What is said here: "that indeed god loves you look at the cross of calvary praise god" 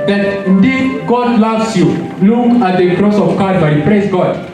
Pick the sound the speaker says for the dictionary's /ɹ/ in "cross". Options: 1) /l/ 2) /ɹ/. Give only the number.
2